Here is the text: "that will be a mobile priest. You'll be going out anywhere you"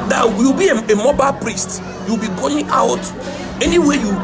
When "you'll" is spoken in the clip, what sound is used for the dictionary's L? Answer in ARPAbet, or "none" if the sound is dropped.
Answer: W